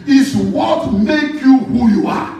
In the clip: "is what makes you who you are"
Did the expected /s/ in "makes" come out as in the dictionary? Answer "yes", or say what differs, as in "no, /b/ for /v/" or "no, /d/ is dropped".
no, /s/ is dropped